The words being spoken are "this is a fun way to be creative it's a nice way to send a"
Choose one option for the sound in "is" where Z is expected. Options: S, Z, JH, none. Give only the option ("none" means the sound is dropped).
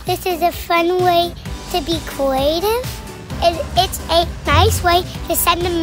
Z